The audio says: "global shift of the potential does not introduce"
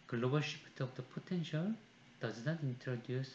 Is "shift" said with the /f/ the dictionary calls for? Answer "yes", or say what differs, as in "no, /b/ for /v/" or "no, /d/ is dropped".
no, /p/ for /f/